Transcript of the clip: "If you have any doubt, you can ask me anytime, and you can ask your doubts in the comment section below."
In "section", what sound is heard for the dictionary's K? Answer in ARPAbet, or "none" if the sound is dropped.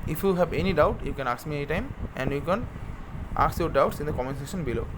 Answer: none